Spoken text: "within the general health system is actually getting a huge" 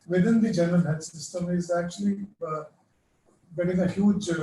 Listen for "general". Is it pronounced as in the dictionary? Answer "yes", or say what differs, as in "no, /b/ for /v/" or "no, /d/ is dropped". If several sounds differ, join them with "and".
no, /n/ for /l/